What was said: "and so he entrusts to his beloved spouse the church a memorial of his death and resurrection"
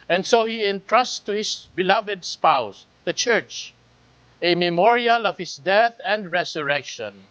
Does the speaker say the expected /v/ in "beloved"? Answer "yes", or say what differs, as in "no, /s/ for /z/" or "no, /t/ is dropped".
yes